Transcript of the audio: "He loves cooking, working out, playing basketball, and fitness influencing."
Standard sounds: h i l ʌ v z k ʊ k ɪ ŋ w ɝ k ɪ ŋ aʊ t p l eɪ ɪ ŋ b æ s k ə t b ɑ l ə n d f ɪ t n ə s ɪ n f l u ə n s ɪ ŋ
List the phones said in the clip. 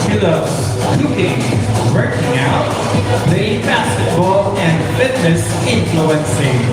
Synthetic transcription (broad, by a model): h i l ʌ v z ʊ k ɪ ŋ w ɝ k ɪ ŋ aʊ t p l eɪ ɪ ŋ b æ s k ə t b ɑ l ə n d f ɪ t n ə s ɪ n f l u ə n s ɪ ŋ